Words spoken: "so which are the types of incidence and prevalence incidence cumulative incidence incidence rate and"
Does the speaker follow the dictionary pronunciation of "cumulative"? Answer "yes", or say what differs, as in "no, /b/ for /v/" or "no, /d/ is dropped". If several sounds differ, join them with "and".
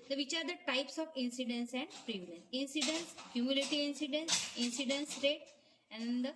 no, /v/ is dropped